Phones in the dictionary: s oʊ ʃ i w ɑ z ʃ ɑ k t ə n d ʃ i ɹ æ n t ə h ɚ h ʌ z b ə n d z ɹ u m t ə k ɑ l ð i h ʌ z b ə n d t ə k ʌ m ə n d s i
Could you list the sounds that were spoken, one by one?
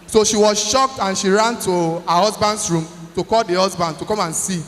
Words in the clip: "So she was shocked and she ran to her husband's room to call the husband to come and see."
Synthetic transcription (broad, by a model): s oʊ ʃ i w ɑ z ʃ ɑ k t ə n ʃ i ɹ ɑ n t ə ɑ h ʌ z b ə n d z ɹ u m t ə k ɑ l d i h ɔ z b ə n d t ə k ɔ m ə n s i